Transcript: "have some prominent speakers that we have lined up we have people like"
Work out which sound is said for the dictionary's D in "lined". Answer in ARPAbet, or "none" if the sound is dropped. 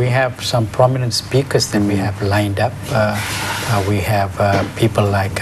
D